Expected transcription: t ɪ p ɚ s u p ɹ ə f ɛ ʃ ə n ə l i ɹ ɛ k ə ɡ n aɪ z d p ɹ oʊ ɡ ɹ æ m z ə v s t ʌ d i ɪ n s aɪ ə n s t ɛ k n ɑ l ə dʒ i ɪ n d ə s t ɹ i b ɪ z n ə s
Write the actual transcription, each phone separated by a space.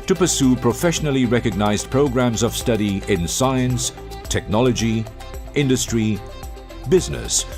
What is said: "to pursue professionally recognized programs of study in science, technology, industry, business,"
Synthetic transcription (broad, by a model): t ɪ p ɚ s u p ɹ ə f ɛ ʃ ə n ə l i ɹ ɛ k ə ɡ n aɪ z p ɹ oʊ ɡ ɹ æ m z ə v s t ʌ d i ɪ n s aɪ ə n s t ɛ k n ɑ l ə dʒ i ɪ n d ə s t ɹ i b ɪ z n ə s